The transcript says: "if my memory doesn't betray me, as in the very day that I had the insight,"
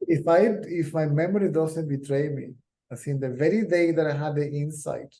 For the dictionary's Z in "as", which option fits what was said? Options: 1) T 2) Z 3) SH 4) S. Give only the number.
4